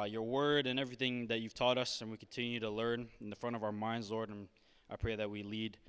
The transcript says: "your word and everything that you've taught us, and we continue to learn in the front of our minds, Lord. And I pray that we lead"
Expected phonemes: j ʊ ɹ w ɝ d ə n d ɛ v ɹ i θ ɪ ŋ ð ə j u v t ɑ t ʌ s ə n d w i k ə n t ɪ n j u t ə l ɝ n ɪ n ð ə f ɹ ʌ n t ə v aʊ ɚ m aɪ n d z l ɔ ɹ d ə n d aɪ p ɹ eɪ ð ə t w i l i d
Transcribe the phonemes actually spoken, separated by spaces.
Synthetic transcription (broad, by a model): j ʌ ɹ w ɝ d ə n ɛ v ɹ i θ ɪ ŋ ð ə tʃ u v t ɑ t ʌ s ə n w i k n t ɪ n j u t ə l ɝ n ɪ n ð ə f ɹ ʌ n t ə v aʊ ɚ m aɪ n d z l ɔ ɹ d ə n aɪ p ɹ eɪ ð ə t w i l i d